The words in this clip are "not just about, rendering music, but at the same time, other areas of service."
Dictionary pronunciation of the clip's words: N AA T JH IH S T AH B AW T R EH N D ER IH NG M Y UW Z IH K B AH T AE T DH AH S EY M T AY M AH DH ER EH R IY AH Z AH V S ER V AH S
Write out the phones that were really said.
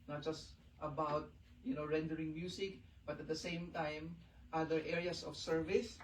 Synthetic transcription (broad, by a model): N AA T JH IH S T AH B AW T R EH N D ER IH NG M Y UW S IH K B AH T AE T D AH S EY M T AY M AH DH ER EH R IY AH S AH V S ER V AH S